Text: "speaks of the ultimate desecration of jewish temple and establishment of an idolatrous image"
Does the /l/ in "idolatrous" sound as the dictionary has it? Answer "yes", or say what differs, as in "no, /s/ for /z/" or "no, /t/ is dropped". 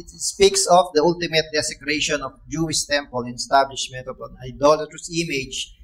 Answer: yes